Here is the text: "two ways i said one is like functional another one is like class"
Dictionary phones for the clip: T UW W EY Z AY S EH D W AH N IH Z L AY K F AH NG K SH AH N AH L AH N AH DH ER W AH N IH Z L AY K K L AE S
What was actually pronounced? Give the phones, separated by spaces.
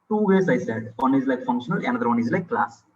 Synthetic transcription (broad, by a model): T UW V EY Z AY S EH D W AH N IH Z L AY K F AH NG K SH AH N AH L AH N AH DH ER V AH N IH Z L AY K K L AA S